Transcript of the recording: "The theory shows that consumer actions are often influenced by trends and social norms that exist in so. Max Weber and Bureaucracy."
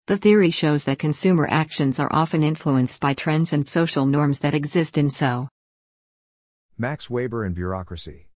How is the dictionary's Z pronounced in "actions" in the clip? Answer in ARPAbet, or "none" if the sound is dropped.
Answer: Z